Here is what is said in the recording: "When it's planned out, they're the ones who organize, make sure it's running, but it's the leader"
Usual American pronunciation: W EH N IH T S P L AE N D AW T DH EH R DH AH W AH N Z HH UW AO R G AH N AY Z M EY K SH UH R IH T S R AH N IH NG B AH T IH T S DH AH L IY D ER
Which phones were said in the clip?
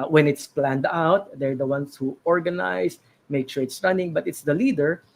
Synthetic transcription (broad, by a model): W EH N IH T S P L AE N D AW T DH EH R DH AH W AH N S HH UW AO R G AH N AY S M EY K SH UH R IH T S R AH N IH NG B AH T IH T S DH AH L IY D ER